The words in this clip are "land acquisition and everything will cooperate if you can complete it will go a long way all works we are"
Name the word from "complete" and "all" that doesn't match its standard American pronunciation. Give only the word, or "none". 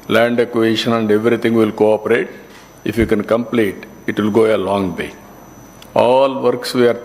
none